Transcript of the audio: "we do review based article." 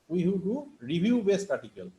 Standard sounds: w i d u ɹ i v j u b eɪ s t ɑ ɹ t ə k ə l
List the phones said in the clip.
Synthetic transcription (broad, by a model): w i d u ɹ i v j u b eɪ s t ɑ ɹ t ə k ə l